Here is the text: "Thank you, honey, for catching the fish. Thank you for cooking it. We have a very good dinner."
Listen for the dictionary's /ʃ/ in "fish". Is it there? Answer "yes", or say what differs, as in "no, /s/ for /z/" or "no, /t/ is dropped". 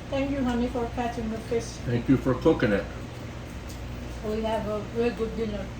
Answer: no, /s/ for /ʃ/